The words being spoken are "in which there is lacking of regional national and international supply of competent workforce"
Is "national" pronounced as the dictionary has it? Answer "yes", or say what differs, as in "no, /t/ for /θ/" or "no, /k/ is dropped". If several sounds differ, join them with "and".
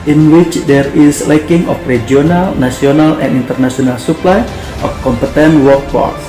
no, /s/ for /ʃ/